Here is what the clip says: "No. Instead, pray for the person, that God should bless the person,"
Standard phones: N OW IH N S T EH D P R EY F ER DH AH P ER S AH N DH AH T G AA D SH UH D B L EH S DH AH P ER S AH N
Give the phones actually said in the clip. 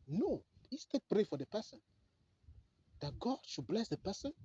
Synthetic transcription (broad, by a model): N OW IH S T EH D P R EY F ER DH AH P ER S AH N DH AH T G AA D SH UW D B L EH S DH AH P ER S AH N